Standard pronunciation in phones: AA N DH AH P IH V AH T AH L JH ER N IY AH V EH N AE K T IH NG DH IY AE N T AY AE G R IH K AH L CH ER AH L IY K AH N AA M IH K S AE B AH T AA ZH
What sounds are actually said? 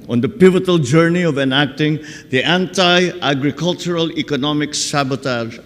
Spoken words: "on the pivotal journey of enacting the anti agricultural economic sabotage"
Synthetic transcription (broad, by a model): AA N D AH P IH V AH T AH L JH ER N IY AH V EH N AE K T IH NG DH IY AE N T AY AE G R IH K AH L CH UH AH L IY K AH N AA M IH K S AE B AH T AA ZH